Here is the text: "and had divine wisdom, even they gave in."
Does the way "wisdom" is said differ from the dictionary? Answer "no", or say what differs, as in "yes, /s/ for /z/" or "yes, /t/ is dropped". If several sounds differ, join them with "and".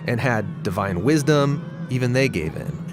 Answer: no